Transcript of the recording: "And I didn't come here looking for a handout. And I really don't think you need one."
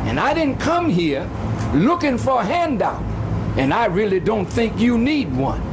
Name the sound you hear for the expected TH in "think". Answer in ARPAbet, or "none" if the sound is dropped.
TH